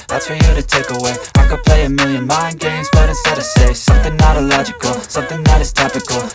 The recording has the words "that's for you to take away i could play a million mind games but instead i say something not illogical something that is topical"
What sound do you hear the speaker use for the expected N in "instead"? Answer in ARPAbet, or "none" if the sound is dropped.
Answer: none